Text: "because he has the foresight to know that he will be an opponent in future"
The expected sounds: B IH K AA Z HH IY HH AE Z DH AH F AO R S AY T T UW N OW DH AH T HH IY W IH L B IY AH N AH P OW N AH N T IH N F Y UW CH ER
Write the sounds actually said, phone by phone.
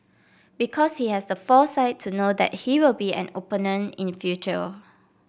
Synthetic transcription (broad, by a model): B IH K AA S HH IY HH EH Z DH AH F AO S AY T T UW N OW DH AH T HH IY W IH L B IY AH N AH P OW N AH N IH N F Y UW CH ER